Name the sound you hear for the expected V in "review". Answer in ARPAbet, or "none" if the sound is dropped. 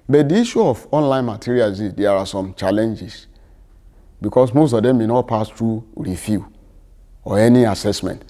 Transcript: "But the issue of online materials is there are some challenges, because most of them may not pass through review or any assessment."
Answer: F